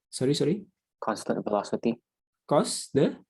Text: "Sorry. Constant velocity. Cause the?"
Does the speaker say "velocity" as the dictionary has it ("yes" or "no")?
no